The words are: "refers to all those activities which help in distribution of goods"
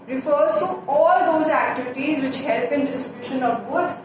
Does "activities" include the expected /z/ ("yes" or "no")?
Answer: yes